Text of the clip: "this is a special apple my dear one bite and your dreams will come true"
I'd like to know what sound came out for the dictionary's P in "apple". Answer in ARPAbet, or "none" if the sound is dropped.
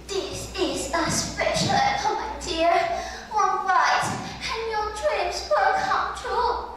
none